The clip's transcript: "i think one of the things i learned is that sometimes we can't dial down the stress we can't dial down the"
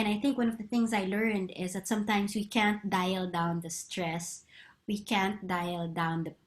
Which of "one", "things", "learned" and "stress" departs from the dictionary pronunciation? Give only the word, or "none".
none